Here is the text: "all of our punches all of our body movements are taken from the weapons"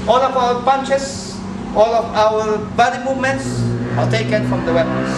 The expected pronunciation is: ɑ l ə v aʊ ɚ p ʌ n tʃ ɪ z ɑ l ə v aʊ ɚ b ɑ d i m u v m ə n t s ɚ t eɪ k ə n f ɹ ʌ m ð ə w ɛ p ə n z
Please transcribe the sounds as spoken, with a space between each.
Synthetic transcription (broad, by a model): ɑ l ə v aʊ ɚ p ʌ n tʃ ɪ s ɑ l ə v aʊ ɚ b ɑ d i m u v m ə n t s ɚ t eɪ k ə n f ɹ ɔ m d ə w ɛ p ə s